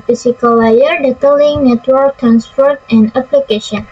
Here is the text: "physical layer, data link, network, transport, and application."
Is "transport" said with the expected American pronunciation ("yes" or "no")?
no